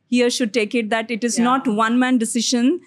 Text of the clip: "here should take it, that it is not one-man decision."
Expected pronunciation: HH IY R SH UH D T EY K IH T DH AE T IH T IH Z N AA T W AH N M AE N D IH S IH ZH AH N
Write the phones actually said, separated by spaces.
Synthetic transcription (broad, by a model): HH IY R SH UH D T EY K IH T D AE T IH T IH Z N AA T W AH N M AE N D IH S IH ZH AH N